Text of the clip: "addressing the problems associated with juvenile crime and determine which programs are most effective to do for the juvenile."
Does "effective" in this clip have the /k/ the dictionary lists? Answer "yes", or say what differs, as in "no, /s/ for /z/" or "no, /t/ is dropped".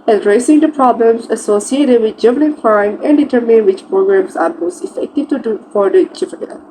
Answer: yes